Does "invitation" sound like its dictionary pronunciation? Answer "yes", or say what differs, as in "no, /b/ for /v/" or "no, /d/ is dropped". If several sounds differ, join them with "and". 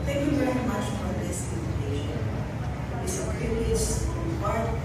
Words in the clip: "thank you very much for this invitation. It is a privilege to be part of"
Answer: no, /ʃ/ is dropped